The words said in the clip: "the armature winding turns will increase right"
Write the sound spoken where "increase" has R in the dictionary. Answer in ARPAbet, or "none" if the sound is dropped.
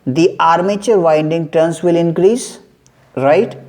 R